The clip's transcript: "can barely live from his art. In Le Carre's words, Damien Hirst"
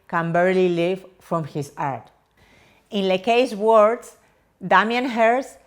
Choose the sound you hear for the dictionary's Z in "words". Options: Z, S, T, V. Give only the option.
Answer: S